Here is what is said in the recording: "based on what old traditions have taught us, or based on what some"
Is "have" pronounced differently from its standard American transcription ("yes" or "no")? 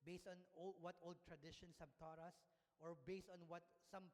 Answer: yes